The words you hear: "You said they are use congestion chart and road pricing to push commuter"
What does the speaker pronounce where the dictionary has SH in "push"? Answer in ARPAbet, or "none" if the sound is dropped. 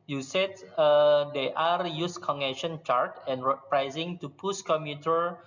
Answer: S